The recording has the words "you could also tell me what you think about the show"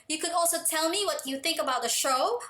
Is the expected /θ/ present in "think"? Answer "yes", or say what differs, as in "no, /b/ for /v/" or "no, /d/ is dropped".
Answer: yes